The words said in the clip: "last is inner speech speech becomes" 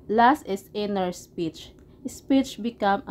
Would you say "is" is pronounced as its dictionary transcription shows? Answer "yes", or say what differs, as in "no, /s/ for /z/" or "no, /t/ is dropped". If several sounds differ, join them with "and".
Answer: no, /s/ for /z/